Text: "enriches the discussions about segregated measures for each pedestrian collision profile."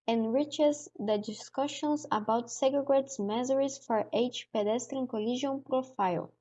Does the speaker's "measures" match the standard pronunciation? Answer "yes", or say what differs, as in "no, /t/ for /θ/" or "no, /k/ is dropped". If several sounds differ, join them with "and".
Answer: no, /z/ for /ʒ/